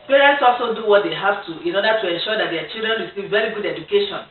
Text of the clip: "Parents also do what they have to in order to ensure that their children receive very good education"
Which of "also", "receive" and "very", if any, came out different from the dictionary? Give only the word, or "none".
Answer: receive